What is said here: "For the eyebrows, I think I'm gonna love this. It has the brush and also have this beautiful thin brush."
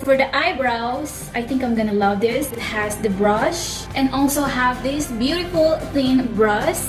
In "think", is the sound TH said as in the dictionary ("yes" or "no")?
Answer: no